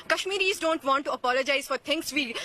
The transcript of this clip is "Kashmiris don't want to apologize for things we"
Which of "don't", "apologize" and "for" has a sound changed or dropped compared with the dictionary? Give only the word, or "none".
none